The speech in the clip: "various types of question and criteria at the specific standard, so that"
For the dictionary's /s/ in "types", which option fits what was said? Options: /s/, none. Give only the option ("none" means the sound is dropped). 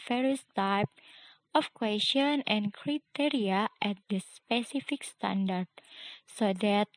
none